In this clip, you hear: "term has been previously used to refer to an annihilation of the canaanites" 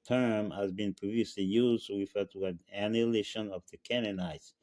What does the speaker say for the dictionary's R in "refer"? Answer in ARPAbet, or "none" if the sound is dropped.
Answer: W